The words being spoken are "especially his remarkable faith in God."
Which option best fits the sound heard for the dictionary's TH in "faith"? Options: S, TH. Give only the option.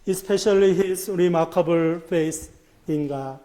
S